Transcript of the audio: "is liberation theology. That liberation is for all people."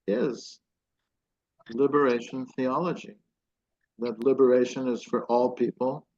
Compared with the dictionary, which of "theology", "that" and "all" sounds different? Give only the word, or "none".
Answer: none